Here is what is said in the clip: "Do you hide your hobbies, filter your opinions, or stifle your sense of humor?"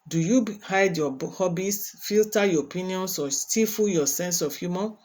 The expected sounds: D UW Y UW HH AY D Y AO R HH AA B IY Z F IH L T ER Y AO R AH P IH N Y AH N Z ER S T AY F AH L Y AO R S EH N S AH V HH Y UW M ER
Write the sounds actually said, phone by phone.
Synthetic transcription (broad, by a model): D UW Y UW HH AY D Y AO HH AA B IY S F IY L T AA Y AO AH P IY N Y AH N S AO S T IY F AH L Y AO S EH N S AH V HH Y UW M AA